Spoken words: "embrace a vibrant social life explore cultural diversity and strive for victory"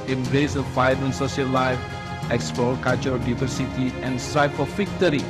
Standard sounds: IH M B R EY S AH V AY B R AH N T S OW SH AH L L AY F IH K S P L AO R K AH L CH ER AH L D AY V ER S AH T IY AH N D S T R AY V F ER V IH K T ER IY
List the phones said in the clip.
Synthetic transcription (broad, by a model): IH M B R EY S AH F AY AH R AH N S OW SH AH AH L AY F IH K S P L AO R K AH L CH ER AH D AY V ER S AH T IY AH N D S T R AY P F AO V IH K T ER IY